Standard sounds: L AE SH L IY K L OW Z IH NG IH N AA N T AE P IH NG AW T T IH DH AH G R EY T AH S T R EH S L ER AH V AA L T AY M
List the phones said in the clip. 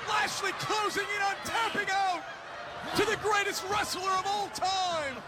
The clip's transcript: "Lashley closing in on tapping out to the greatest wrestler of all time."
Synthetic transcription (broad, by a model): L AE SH L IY K L OW Z IH NG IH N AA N T AE P IH NG AW T T IH DH AH G R EY T AH S T R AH S L ER AH V AA L T AY M